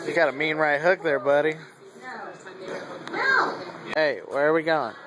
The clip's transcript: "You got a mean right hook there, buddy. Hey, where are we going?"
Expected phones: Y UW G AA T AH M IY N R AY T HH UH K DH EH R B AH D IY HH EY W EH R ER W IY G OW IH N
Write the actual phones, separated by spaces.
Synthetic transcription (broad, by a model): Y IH G AA T AH M IY N R AY T HH UH K DH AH R B AH D IY HH EY W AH R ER W IY G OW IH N